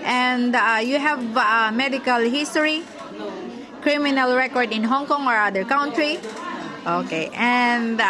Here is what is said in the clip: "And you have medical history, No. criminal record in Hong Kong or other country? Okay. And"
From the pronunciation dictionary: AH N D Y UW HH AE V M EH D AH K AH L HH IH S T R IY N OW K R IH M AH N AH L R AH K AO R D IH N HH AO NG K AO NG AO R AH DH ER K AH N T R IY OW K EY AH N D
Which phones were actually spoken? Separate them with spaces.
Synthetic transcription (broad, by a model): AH N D Y UW HH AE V M EH D AH K AH L HH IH S T IY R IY K R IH M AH N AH L R AH K AO R D IH N HH AO NG K AO NG AO R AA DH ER K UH N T R IY OW K EY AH N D